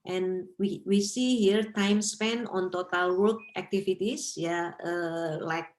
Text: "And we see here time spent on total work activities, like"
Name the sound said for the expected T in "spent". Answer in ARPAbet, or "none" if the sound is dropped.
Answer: none